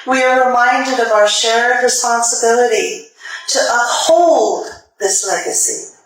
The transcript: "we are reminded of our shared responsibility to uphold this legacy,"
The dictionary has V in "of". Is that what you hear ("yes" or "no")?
yes